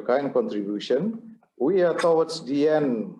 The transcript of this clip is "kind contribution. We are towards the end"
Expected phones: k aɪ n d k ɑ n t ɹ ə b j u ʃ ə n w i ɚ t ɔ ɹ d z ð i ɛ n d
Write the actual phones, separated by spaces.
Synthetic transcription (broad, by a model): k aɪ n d k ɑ n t ɹ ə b j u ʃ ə n w i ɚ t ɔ w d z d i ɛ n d